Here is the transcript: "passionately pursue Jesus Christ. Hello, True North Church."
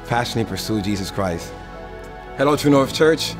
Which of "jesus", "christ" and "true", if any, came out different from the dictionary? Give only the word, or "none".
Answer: true